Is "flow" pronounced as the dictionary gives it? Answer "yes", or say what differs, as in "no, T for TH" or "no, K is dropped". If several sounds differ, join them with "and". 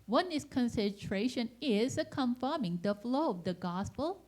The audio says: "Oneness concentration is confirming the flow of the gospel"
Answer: yes